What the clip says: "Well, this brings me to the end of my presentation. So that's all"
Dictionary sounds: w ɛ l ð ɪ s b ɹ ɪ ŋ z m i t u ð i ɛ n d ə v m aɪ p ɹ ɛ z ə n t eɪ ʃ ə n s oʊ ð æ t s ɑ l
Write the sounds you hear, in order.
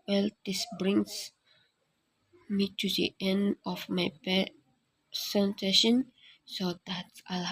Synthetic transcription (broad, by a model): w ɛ l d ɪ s b ɹ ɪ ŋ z m i t u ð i ɛ n d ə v m aɪ p ɛ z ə n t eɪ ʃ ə n s oʊ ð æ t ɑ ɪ